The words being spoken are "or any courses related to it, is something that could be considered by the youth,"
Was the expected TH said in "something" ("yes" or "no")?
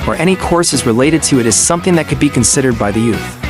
yes